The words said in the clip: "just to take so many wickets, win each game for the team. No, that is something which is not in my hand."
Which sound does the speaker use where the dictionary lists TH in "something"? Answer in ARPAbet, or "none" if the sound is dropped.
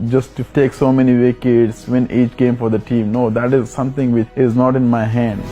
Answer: T